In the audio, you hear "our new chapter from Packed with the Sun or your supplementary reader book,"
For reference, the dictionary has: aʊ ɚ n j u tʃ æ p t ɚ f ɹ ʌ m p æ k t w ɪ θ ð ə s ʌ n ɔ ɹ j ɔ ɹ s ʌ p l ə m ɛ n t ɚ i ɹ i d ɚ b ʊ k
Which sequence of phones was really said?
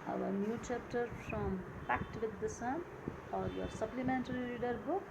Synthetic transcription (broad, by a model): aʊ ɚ n j u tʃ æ p t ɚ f ɹ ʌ m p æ k t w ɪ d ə s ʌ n ɔ ɹ j ɔ ɹ s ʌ p l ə m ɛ n t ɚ i l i d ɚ b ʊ k